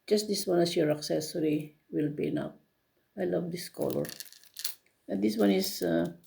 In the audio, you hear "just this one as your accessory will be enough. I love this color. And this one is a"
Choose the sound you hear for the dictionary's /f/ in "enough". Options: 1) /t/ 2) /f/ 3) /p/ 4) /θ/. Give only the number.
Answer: 3